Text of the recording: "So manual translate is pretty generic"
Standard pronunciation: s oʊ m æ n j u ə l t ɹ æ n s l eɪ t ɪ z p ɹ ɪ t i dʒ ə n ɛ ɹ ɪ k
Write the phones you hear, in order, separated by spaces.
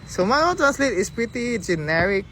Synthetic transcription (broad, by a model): s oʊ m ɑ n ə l t ɹ æ n s l eɪ t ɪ s p ɹ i t i dʒ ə n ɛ ɹ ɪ k